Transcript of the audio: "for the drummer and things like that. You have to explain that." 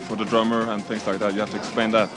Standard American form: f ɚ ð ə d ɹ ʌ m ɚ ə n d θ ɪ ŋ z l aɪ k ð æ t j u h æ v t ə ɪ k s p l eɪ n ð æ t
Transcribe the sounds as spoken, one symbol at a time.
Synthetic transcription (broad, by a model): f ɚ ð ə d ɹ ʌ m ɚ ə n θ ɪ ŋ z l aɪ k ð æ t j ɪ h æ f t ə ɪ k s p eɪ n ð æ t